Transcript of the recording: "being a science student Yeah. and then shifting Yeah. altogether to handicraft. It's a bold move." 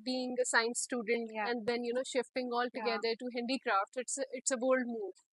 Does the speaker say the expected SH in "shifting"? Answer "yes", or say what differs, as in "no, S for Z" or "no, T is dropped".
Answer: yes